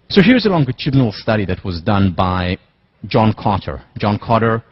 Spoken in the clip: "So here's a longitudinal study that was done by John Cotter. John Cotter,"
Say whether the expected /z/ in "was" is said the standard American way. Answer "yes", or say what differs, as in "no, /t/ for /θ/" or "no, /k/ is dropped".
yes